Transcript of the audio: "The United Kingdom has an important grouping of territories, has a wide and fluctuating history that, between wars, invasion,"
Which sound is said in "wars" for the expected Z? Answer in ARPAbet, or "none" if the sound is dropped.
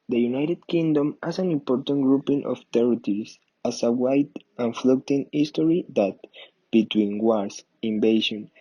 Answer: S